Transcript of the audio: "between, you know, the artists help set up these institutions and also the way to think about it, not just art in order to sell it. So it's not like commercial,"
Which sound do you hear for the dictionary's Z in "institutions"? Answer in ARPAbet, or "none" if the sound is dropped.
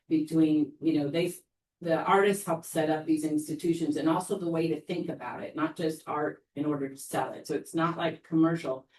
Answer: Z